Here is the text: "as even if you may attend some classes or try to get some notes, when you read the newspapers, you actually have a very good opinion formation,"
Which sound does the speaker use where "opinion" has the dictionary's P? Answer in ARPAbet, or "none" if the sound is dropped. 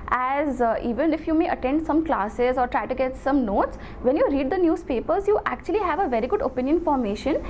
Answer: P